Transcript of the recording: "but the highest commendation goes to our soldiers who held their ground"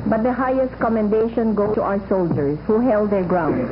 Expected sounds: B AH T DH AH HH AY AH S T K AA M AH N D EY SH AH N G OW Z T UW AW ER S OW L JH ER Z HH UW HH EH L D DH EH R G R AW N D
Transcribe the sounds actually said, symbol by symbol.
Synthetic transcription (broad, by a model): B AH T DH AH HH AY AH S T K AA M AH N D EY SH AH N G OW T UW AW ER S OW L JH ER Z HH UW HH EH L D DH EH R G R AW N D